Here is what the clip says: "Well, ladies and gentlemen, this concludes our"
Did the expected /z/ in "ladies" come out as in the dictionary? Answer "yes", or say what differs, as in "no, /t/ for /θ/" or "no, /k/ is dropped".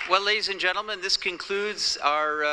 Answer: yes